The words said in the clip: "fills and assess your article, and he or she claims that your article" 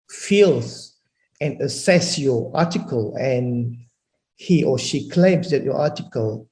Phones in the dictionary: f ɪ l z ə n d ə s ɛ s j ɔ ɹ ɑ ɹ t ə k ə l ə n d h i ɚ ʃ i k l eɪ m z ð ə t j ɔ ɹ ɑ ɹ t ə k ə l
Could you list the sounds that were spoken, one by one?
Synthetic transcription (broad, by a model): f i l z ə n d ə s ɛ s j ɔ ɑ t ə k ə l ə n h i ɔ ʃ i k l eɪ m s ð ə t j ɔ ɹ ɑ t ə k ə l